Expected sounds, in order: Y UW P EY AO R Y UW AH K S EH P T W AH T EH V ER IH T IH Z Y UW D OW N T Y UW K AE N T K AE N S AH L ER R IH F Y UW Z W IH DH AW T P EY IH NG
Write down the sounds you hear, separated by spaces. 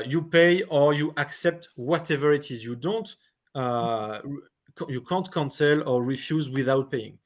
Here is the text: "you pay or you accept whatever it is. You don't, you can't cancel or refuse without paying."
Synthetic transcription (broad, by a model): Y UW P EY AO R Y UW AH K S EH P T W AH T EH V ER IH T IH Z Y UW D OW N T Y UW K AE N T K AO N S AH L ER R IH F Y UW Z W IH DH AW T P EY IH NG